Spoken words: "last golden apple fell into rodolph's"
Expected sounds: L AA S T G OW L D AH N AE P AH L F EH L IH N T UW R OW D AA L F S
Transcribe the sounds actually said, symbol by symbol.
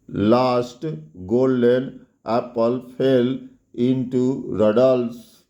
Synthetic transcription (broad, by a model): L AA S T G OW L D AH N AE P AH L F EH L IH N T UW R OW D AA L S